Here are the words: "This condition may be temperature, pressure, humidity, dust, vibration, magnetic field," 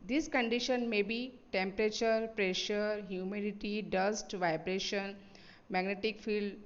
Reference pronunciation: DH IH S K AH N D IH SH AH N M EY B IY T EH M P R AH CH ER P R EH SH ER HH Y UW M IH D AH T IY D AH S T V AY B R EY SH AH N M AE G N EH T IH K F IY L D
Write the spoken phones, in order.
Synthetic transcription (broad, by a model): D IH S K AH N D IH SH AH N M EY B IY T EH M P R AH CH ER P R EH SH ER HH Y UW M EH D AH T IY D AH S T V AY B R EY SH AH N M AE G N EH T IH K F IY L D